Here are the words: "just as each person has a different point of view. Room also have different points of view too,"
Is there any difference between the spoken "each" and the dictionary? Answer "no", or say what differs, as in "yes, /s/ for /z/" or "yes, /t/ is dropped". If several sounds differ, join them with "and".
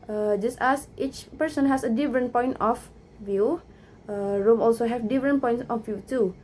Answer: no